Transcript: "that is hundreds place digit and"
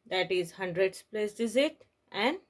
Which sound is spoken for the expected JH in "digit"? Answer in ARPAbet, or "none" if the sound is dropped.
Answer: Z